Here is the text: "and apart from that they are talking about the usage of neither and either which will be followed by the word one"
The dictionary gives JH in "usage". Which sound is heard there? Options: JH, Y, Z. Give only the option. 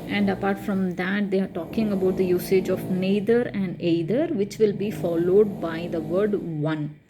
JH